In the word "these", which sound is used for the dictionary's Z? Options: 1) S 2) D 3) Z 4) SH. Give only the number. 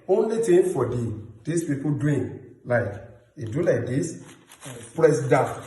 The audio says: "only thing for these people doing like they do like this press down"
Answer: 1